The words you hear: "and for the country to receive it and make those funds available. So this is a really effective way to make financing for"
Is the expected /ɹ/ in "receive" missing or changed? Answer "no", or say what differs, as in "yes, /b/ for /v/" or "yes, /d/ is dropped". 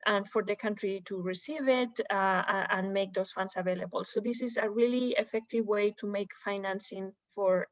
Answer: no